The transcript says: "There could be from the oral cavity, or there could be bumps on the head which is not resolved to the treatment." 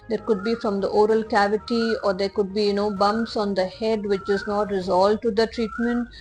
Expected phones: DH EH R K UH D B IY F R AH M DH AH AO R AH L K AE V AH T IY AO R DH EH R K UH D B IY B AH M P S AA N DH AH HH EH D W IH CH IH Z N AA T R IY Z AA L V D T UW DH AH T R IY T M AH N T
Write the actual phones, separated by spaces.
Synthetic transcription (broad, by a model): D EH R K UH D B IY F R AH M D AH AO R AH L K AE V AH T IY AO R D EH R K UH D B IY B AH M P S AA N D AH HH EH D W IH CH IH Z N AA T R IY Z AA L D T UW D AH T R IY T M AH N T